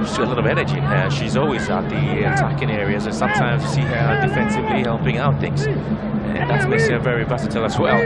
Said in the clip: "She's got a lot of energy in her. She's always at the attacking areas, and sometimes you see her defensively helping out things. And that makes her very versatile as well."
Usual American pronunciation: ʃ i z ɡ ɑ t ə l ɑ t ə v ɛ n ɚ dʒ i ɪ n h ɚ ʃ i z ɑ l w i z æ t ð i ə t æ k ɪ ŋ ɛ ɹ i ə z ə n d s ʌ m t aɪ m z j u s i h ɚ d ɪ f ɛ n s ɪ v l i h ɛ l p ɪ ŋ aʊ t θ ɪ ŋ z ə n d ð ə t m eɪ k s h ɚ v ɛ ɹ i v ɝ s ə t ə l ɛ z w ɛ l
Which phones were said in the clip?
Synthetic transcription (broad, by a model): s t ə l ɑ t ə v ɛ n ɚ dʒ i ɪ n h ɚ ʃ i z ɑ l w i z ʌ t ð i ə t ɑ k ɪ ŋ ɛ ɹ i ə z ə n s ʌ m t aɪ m z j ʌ s i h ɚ d ɪ f ɛ n s ɪ v l i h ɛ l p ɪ ŋ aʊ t θ ɪ ŋ z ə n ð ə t m eɪ k s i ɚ v ɛ ɹ i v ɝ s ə t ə l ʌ s w ɛ l